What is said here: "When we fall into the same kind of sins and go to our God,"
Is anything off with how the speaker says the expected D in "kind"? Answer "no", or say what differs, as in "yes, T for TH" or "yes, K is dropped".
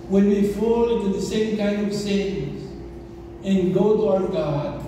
no